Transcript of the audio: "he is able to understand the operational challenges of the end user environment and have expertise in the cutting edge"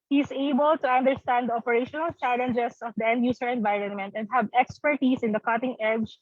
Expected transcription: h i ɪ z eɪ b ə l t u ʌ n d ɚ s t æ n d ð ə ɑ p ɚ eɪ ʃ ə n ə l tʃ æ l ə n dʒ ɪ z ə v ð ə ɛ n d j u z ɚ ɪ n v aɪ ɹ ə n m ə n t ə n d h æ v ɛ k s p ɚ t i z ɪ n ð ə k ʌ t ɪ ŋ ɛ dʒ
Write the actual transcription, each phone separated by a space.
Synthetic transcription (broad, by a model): h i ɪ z eɪ b ə l t u ʌ n d ɚ s t æ n d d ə ɑ p ɚ eɪ ʃ ə n ə l tʃ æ l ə n dʒ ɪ s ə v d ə ɛ n d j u s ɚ ɪ n v aɪ ɹ ə n m ə n t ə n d h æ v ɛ k s p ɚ t i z ɪ n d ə k ʌ t ɪ ŋ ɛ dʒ